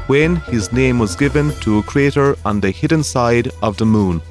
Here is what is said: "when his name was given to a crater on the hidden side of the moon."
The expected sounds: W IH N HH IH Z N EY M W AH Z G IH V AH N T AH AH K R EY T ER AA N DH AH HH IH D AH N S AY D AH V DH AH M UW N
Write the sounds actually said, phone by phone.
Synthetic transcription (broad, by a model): W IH N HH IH Z N EY M W AH Z G IH V AH N T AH AH K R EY T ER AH N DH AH HH IH D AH N S AY D AH V DH AH M UW N